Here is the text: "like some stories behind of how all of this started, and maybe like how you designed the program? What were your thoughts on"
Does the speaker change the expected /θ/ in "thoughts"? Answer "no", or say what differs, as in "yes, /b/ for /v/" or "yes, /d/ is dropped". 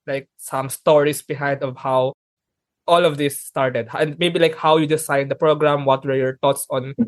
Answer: yes, /t/ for /θ/